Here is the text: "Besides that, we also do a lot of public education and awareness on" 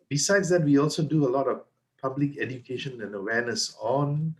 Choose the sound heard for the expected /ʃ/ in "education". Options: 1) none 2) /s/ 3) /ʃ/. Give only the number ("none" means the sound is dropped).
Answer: 3